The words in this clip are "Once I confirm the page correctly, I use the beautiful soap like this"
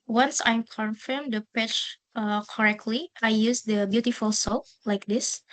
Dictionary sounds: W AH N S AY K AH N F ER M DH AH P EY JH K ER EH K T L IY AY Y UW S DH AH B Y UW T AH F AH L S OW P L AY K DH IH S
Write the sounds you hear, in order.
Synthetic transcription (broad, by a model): W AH N S AY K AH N F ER M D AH P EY CH K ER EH K T L IY AY Y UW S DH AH B Y UW T AH F AH L S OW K L AY K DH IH S